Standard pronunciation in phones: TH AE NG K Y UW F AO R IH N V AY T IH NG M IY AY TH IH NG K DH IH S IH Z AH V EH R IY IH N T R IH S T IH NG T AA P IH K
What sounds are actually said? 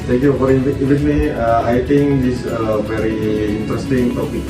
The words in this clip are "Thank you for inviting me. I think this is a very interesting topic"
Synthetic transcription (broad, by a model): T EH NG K Y UW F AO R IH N IY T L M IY AY T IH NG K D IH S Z AH V EH R IY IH N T R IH S T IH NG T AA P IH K